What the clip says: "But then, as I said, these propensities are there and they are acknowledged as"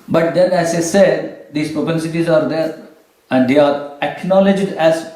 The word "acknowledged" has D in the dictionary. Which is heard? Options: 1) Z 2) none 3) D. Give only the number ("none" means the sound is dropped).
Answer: 3